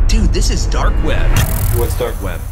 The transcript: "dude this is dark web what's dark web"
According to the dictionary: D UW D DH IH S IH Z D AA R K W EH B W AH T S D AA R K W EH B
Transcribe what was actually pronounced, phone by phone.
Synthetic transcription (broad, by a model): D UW DH IH S IH Z D AA R K W EH B W AH T S D AA R K W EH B